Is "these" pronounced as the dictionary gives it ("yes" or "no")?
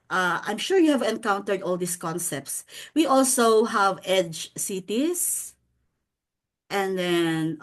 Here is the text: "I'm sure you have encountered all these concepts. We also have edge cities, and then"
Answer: no